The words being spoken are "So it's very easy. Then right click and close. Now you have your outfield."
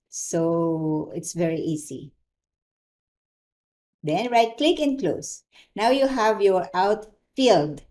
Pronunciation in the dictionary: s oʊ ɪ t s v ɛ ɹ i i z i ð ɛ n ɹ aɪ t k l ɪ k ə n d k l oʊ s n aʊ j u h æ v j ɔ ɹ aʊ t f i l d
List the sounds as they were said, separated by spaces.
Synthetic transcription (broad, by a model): s oʊ ɪ t s v ɛ ɹ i i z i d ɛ n ɹ aɪ t k l ɪ k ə n k l oʊ s n aʊ j u h æ v j ɔ ɹ aʊ t f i l d